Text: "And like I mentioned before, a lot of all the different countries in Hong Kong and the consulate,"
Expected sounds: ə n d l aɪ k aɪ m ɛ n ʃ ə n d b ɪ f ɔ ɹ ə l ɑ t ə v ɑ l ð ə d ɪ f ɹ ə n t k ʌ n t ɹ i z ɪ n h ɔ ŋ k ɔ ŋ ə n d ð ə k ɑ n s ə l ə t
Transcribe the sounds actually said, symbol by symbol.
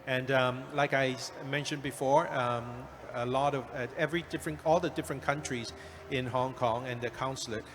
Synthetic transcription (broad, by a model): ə n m l aɪ k aɪ m ɛ n ʃ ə n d b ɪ f ɔ ɹ ə l ɑ t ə v ɑ l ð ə d ɪ f ɹ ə n k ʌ n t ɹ i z ɪ n h ɔ ŋ k ɔ ŋ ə n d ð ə k ɑ n s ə l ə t